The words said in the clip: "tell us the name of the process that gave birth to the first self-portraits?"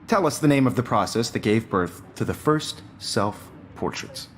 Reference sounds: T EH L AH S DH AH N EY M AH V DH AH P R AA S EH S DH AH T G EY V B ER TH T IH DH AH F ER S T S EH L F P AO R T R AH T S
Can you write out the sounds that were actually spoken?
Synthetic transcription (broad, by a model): T EH L AH S DH AH N EY M AH V DH AH P R AA S EH S DH AH T G EY V B ER TH T IH DH AH F ER S T S EH L F P AO R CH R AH T S